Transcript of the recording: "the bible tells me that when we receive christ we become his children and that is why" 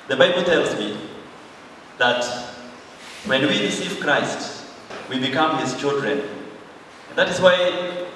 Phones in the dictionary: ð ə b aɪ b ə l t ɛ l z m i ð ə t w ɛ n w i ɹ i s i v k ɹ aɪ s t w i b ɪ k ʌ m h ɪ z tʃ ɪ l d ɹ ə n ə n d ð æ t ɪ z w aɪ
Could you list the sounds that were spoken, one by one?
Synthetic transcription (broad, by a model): ð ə b aɪ b l t ɛ l z m i ð ə t w ɛ n w i ɹ i s i v k ɹ aɪ s t w i b ɪ k ʌ m h ɪ z tʃ ɪ l d ɹ ə n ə n ð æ t ɪ z w aɪ